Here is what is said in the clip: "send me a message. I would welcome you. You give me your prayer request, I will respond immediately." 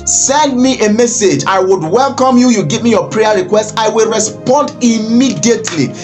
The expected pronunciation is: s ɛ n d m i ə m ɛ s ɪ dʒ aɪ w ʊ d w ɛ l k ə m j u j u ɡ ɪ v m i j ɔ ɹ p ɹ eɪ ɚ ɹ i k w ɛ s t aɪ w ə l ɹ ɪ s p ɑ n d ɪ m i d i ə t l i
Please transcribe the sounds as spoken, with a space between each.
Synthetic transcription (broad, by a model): s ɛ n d m i ə m ɛ s ɪ dʒ aɪ w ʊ d w ɛ l k ə m j u j u ɡ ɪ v m i j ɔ p ɹ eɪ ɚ ɹ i k w ɛ s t aɪ w ə l ɹ ɪ s p ɑ n d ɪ m i d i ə t l i